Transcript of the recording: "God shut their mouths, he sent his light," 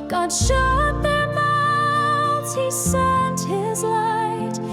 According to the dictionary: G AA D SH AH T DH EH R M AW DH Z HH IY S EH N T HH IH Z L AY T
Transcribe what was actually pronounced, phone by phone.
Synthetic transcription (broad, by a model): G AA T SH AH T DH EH R M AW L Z HH IY S EH N T HH IH Z L AY T